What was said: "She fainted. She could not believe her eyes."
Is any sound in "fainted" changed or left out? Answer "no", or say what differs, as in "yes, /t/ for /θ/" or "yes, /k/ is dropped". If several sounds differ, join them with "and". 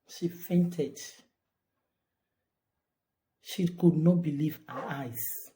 no